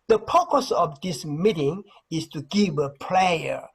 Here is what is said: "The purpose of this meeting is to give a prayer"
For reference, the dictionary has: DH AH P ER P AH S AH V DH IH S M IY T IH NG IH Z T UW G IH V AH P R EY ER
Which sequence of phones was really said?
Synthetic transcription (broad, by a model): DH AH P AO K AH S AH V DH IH S M IY T IH NG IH S T UW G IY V AH P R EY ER